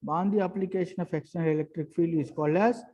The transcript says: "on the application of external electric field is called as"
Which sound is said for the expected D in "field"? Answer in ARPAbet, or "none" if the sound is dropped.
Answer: none